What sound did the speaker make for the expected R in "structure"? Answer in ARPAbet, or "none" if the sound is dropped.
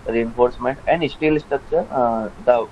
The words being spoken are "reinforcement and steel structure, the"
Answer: none